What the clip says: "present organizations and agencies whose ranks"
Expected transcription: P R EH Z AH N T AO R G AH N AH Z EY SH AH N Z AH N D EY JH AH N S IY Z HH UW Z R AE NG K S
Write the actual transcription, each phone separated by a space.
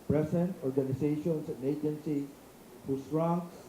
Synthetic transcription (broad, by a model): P R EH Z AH N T AO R G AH N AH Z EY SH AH N S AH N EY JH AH N S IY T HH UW S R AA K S